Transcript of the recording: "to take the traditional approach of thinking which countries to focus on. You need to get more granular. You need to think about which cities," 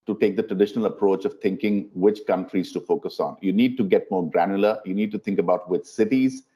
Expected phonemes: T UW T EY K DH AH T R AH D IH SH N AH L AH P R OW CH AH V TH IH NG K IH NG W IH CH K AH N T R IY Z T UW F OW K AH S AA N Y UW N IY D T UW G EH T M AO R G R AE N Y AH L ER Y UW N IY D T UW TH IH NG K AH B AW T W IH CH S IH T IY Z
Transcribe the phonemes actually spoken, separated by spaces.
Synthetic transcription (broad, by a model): T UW T EY K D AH T R AH D IH SH N AH L AH P R OW CH AH V T IH NG K IH NG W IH CH K AH N T R IY Z T UW F OW K AH S AA N Y UW N IY D T UW G EH T M AO R G R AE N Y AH L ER Y UW N IY D T UW T IH NG K AH B AW T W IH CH S IH T IY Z